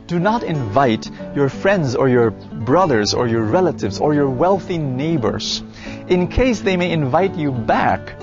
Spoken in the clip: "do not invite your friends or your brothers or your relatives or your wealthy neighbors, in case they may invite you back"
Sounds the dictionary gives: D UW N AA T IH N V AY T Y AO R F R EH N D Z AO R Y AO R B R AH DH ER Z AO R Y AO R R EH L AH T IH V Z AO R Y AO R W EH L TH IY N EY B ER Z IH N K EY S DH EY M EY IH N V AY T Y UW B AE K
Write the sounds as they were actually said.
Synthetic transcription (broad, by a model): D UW N AA T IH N V AY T Y AO R F R EH N D Z AO R Y AO R B R AH DH ER Z AO R Y AO R R EH L AH T IH V Z AO R Y AO R W EH L TH IY N EY B ER Z IH N K EY S DH EY M EY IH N V AY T Y UW B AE K